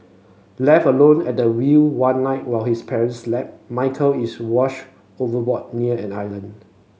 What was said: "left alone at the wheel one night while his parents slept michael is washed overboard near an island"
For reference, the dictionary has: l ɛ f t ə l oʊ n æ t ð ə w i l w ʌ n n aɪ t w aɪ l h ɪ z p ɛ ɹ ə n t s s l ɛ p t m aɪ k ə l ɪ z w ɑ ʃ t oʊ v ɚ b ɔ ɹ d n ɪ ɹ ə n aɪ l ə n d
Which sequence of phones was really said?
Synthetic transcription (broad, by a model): l ɛ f ə l oʊ n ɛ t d ə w i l w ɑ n n aɪ t w aɪ l h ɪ s p ɛ ɹ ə n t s s l ɛ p m aɪ k ə l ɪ s w ɑ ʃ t oʊ v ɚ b ɔ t n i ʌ ə n aɪ l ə n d